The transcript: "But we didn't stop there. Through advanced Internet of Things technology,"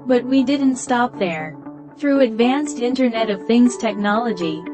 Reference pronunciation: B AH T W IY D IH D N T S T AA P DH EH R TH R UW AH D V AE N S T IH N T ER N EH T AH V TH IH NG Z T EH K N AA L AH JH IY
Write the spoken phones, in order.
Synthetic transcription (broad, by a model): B AH T W IY D IH D N T S T AA P DH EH R TH R UW AH D V AE N S T IH N T ER N EH T AH V TH IH NG Z T EH K N AA L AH JH IY